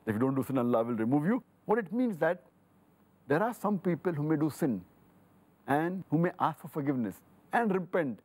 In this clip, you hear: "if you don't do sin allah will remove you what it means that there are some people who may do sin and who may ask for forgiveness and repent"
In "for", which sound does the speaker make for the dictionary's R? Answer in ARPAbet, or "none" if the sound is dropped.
R